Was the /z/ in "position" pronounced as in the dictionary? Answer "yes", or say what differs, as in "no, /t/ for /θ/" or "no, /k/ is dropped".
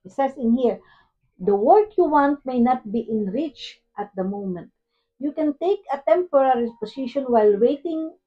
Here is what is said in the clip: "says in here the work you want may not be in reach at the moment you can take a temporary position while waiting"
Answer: no, /s/ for /z/